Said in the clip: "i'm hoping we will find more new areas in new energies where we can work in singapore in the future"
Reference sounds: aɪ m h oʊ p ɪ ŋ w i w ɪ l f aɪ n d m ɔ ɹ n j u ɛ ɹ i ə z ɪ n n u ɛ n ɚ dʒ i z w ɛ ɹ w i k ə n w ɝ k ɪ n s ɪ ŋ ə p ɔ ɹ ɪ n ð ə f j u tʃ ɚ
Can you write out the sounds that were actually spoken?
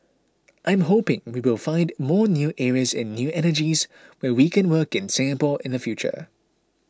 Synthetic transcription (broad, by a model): aɪ m h oʊ p ɪ ŋ w i w ɪ l f aɪ n d m ɔ n j u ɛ ɹ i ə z ɪ n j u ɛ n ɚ dʒ i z w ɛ w i k ə n w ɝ k ɪ n s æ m p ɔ l ɪ n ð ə f j u tʃ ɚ